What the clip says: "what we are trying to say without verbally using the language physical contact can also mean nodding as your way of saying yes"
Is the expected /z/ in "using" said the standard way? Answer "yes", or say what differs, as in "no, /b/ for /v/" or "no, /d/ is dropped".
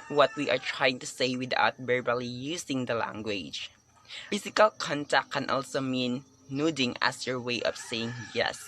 no, /s/ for /z/